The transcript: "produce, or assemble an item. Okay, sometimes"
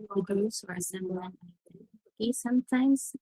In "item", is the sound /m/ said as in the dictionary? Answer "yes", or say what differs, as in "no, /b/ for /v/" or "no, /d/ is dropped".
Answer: no, /m/ is dropped